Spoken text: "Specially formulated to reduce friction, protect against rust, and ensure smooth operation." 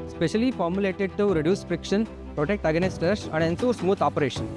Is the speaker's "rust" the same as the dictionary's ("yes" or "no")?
no